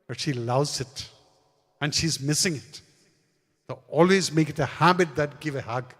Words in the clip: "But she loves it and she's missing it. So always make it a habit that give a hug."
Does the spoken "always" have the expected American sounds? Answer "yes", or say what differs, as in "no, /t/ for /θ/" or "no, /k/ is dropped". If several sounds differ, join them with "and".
yes